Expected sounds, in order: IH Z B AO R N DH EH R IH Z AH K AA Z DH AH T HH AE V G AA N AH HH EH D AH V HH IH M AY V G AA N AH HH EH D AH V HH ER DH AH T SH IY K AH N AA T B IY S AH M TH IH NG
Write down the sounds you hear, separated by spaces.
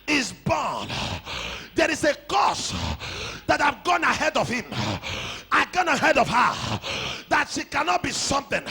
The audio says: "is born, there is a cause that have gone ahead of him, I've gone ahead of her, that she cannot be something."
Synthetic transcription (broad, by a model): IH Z B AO N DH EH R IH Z AH K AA S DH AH T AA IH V G AA N AH HH EH D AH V HH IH M AY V G AA N AH HH EH D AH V HH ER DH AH T SH IY K AH N AA T B IY S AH M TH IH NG